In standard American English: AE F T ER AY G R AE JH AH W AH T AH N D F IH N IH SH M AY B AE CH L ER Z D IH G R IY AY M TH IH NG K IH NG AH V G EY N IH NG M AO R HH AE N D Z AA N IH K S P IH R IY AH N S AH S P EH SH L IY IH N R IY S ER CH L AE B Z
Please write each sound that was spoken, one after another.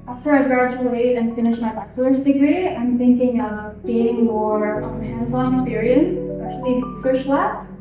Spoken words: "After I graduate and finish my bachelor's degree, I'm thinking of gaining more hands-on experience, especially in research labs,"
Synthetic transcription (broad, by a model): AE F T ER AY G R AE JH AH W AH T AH N F IH N IH SH M AY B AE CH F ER S D IH G R IY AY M TH IH NG K IH NG AH V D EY IH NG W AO R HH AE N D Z AA N IH K S P IH R IY AH N S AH S P EH SH L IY IY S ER SH L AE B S